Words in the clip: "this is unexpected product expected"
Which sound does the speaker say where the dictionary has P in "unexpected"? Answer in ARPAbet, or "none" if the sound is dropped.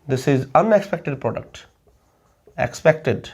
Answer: P